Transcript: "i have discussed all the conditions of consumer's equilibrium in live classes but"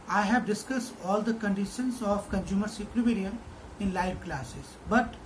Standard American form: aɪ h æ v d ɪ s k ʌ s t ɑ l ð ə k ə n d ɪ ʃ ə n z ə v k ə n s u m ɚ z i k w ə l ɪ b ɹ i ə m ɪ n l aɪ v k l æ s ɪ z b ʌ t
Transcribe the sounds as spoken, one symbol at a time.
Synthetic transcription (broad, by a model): aɪ h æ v d ɪ s k ʌ s t ɑ l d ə k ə n d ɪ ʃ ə n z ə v k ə n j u m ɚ s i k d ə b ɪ ɹ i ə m ɪ n l aɪ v k l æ s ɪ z b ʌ t